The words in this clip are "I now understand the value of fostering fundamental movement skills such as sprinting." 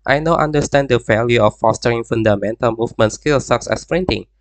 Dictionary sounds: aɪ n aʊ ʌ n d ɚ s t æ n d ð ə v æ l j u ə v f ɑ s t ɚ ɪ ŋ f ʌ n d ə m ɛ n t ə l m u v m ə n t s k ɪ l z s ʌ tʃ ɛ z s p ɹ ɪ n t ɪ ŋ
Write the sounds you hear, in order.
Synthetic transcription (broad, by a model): aɪ n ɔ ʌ n d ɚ s t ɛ n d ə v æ l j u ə f ɑ s t ɚ ɪ ŋ f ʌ n d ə m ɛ n t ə l m u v m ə n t s k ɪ l s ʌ s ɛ s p ɹ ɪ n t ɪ ŋ